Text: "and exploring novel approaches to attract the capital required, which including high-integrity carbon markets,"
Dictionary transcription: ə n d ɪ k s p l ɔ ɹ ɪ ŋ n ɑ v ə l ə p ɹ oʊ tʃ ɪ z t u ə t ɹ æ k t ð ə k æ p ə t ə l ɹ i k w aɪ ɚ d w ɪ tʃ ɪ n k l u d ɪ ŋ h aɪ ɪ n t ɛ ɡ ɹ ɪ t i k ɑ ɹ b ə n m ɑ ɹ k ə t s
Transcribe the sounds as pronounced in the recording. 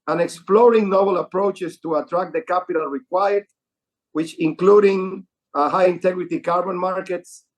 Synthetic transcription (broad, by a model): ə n ɪ k s p l ɔ ɹ ɪ ŋ n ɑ b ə l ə p ɹ oʊ tʃ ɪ s t u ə t ɹ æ k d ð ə k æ p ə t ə l ɹ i k w aɪ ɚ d w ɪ tʃ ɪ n k l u d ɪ ŋ h aɪ ɪ n t ɛ ɡ ɹ ɪ t i k ɑ ɹ b ə n m ɑ ɹ k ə t s